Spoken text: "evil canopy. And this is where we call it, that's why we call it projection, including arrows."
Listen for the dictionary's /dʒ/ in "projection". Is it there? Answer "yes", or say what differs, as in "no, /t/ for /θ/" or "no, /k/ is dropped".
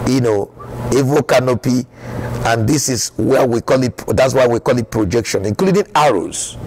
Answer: yes